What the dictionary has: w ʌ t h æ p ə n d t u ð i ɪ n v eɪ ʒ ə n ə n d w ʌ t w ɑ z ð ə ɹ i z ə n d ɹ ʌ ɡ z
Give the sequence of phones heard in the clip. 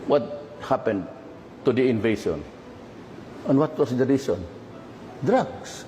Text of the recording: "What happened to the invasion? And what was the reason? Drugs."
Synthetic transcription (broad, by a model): w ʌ t h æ p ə n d t u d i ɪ n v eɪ s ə n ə n w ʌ t w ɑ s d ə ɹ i s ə n d ɹ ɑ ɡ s